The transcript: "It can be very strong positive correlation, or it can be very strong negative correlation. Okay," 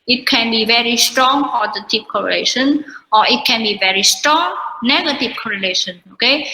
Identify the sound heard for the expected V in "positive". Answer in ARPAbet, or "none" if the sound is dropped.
P